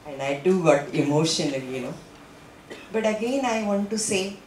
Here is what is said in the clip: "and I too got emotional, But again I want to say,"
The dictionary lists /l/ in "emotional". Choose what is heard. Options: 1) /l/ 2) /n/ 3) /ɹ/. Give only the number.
2